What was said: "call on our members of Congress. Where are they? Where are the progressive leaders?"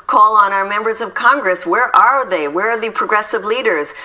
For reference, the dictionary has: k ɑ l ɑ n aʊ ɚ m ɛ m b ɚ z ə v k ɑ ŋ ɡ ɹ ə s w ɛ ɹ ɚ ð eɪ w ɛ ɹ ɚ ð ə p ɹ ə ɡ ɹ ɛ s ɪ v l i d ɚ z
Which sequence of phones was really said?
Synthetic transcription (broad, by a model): k ɑ l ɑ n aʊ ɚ m ɛ m b ɚ z ə v k ɑ ŋ ɡ ɹ ə s w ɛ ɹ ɚ ð eɪ w ɛ ɹ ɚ ð ə p ɹ ə ɡ ɹ ɛ s ɪ v l i d ɚ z